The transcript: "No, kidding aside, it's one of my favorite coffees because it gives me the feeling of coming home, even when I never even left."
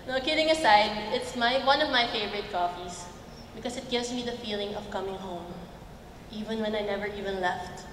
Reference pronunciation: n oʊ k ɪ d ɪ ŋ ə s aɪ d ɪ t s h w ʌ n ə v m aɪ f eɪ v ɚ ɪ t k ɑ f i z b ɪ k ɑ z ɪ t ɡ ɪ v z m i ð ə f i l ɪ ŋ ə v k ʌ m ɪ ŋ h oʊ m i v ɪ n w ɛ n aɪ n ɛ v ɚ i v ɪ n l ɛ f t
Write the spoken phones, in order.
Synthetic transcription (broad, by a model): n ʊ k ɪ d ɪ ŋ ə s aɪ d ɪ t s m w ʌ n ə v m aɪ f eɪ v ɚ ɪ t k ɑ f i s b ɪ k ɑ s ɪ t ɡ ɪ v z m i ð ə f i l ɪ ŋ ə v k ʌ m ɪ ŋ h oʊ m i v ɪ n w ɛ n aɪ n ɛ v ɚ i v ɪ n l ɛ f t